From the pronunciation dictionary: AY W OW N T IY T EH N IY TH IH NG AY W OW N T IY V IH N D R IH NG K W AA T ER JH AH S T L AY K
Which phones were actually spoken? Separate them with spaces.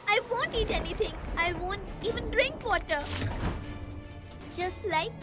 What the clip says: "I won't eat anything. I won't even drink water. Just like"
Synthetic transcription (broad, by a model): AY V OW N T IY T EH N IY T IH NG AY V OW N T IY V IH N D R IH NG K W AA T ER JH AH S T L AY K